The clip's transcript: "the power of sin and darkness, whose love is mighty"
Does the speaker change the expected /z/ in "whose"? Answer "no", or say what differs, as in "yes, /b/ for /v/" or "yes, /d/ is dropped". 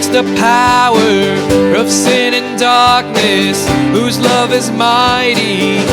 no